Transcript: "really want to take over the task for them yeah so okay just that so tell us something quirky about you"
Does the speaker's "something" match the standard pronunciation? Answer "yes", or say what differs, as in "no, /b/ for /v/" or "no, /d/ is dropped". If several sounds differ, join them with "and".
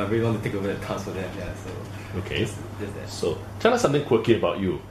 no, /t/ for /θ/